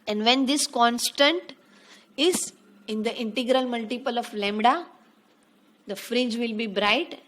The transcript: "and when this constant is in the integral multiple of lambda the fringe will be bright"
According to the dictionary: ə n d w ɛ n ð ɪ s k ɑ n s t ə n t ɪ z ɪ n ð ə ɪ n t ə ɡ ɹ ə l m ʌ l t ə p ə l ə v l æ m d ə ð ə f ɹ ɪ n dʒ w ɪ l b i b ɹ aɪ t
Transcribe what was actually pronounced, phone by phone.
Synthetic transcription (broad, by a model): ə n d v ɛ n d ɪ s k ɑ n s t ə n t ɪ z ɪ n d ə ɪ n t ə ɡ ɹ ə l m ʌ l t ə p ə l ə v l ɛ m d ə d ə f ɹ ɪ n dʒ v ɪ l b i b ɹ aɪ t